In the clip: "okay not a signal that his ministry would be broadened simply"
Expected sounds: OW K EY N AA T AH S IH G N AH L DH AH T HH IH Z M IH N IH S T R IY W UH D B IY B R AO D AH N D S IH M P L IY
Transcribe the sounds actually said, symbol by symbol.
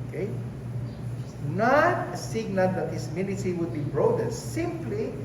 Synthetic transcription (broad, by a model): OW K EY N AA T AH S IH G N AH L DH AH T HH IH S M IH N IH T IY W UH D B IY B R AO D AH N S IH M P L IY